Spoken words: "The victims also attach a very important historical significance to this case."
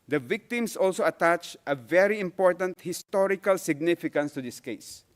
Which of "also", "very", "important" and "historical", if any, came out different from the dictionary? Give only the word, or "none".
none